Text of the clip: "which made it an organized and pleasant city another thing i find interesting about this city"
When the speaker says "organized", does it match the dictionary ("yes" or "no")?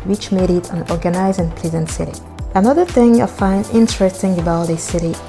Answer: no